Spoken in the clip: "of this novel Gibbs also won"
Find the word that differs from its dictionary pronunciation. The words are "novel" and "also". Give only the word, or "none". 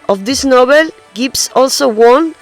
novel